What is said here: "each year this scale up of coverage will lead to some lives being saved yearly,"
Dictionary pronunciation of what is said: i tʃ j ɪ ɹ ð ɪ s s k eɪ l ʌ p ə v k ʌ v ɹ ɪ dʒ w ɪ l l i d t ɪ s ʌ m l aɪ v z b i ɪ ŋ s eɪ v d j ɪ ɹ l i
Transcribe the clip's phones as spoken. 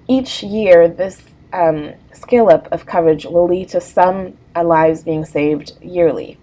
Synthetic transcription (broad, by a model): i tʃ j ɪ ɹ ð ɪ s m k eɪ l ʌ p ə v k ʌ v ɹ ɪ dʒ w ɪ l l i d t ɪ s ʌ m l aɪ v z b i ɪ ŋ s eɪ v d j ɪ ɹ l i